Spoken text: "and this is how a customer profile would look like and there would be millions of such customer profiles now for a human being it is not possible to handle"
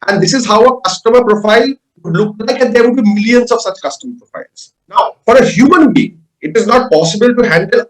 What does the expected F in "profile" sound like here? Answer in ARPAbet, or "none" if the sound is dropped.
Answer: F